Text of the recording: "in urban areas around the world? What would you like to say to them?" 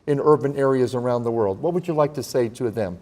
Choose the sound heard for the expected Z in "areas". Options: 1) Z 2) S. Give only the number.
1